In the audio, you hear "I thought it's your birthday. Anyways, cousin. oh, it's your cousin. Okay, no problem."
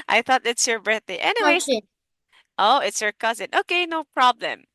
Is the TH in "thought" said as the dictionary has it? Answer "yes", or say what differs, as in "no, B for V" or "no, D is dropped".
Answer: yes